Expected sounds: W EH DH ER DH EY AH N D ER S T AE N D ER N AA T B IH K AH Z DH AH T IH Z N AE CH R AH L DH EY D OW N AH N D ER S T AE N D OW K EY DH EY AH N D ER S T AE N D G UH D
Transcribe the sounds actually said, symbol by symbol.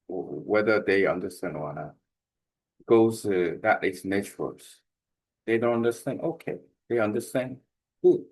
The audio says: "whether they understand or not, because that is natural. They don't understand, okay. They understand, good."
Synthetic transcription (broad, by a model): W EH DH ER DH EY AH N D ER S T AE N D ER N AA T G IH AH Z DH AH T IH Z N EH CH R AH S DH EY D OW N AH N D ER S T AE N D OW K EY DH EY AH N D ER S T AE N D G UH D